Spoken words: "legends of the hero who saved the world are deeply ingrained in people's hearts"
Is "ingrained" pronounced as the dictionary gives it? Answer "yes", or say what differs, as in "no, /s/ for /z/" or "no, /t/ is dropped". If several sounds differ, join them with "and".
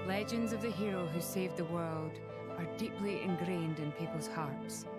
yes